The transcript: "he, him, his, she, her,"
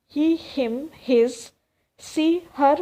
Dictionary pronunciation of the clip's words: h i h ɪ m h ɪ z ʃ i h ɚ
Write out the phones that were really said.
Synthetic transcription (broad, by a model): h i h ɪ m h ɪ z s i h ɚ